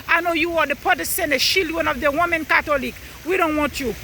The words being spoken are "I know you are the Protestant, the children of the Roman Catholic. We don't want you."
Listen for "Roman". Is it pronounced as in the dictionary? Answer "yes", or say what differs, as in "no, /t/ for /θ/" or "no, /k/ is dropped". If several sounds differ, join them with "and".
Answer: no, /w/ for /ɹ/